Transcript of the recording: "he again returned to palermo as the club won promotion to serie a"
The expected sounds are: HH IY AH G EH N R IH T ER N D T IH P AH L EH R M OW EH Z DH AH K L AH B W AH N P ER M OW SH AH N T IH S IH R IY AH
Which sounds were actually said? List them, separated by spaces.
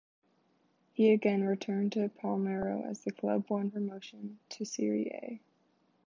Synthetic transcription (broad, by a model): HH IY AH G EH N R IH T ER N T IH P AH L EH R OW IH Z DH AH K L AH B W AH N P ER M OW SH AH N T IH S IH R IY AH